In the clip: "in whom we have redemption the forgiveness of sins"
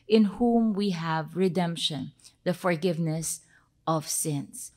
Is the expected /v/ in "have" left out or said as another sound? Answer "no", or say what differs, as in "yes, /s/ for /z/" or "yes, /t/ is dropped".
no